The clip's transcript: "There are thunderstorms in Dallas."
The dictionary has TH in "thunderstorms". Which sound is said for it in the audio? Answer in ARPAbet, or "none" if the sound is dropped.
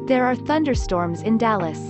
TH